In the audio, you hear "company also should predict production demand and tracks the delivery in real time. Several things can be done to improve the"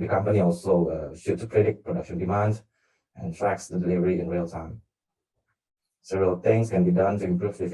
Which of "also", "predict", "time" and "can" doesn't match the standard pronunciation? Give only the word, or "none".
predict